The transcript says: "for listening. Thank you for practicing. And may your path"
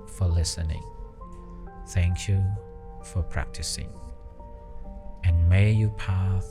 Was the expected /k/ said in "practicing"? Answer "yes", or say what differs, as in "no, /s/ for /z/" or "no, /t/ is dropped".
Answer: yes